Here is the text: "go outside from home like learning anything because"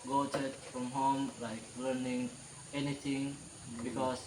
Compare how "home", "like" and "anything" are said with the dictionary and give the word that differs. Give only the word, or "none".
anything